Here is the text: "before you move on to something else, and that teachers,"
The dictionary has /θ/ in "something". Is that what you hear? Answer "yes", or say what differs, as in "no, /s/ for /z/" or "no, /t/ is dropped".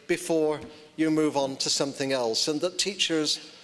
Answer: yes